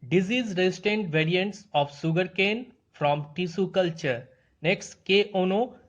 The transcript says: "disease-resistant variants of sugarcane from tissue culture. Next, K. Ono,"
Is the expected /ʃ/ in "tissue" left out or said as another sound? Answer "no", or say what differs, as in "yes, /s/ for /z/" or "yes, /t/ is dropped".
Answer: yes, /s/ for /ʃ/